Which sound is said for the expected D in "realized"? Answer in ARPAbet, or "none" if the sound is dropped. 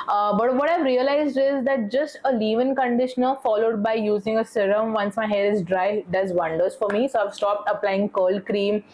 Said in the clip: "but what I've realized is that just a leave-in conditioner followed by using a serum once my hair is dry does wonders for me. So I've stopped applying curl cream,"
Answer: D